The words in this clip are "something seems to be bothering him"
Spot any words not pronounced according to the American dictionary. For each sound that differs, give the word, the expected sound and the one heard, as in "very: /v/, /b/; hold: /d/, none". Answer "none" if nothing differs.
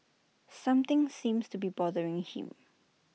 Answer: something: /θ/, /t/; seems: /z/, /s/